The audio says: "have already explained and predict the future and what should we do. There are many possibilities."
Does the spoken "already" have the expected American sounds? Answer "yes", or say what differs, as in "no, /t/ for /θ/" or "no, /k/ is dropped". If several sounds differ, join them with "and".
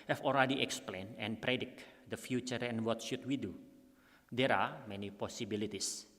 no, /l/ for /ɹ/